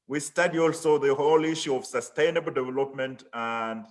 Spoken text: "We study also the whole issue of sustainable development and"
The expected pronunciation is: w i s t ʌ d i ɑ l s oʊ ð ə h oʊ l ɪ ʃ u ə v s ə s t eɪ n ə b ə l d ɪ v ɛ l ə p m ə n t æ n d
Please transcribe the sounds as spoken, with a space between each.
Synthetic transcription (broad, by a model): w i s t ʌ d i ɑ l s oʊ ð ə h oʊ l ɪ ʃ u ə v s ə s t eɪ n ə b ə l d ɪ v ɛ l ə p m ə n t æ n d